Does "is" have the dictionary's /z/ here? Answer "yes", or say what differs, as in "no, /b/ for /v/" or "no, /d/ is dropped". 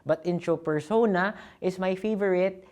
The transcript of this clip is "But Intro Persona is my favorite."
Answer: no, /s/ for /z/